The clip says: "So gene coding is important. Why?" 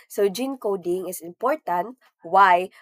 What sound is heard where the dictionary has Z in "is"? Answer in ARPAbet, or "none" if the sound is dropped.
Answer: S